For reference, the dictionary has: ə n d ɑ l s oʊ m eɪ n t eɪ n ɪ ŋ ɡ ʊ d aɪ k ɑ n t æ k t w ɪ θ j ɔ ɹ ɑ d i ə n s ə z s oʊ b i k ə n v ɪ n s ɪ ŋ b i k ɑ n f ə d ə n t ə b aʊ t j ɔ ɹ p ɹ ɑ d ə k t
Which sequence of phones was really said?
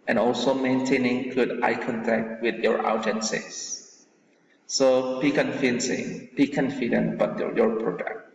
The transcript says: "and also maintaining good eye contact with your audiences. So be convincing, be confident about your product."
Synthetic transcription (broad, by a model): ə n ɑ l s oʊ m eɪ n t eɪ n ɪ ŋ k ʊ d aɪ k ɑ n t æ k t w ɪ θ j ɔ ɹ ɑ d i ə n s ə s s oʊ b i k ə n f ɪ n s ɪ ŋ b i k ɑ n f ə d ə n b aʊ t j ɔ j p ɹ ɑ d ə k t